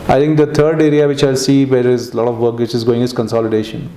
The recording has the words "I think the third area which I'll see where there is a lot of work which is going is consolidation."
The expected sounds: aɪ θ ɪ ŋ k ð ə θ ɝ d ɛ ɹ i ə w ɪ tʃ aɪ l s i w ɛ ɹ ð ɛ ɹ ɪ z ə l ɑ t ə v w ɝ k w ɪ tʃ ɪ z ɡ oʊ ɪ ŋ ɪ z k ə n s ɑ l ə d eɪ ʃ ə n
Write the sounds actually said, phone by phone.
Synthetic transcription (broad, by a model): aɪ t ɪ ŋ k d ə t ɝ d ɛ ɹ i ə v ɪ tʃ aɪ l s i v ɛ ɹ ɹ ɪ z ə l ɑ t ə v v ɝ k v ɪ tʃ ɪ z ɡ oʊ ɪ ŋ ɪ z k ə n s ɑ l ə d eɪ ʃ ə n